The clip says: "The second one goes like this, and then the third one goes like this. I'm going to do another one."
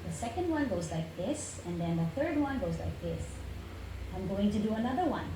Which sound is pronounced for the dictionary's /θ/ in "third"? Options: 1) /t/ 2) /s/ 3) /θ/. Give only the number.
3